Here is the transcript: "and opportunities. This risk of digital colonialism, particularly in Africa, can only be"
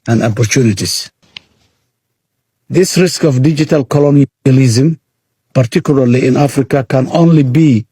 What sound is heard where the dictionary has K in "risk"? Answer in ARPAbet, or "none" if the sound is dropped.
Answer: K